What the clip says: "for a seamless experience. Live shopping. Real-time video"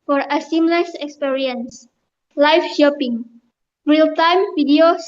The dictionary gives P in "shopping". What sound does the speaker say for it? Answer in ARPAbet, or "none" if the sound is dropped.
P